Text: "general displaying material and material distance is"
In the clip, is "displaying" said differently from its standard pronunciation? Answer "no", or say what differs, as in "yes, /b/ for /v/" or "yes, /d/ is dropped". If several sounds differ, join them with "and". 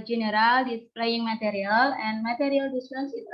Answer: yes, /s/ is dropped